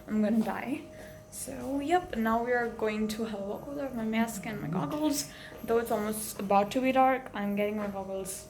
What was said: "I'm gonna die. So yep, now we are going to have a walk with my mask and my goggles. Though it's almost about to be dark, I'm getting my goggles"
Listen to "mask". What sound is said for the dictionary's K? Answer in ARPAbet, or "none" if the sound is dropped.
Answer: K